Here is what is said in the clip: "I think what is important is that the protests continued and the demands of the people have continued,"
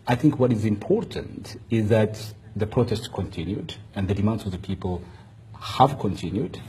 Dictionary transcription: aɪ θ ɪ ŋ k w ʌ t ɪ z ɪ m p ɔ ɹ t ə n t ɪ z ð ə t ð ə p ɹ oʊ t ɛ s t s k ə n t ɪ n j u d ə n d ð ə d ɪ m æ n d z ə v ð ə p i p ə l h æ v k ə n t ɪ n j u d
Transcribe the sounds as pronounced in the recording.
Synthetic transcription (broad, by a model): aɪ θ ɪ ŋ k w ʌ t ɪ z ɪ m p ɔ ɹ t ə n t ɪ z ð ə t ð ə p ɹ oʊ t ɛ s t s k ə n t ɪ n j u d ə n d ð ə d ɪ m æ n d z ə v ð ə p i p ə l h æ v k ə n t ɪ n j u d